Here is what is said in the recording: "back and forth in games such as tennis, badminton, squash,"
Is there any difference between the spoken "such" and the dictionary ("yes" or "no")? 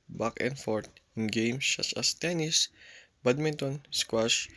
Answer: yes